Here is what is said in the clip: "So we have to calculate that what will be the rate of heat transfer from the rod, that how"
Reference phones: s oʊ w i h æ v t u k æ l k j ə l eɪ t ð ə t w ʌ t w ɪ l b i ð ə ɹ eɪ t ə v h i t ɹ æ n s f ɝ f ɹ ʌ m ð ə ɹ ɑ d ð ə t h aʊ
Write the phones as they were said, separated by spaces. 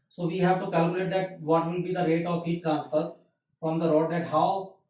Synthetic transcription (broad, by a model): s oʊ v i h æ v t u k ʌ l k j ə l eɪ t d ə t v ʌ t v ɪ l b i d ə ɹ eɪ t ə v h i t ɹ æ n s ɝ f ɹ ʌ m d ə ɹ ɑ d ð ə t h aʊ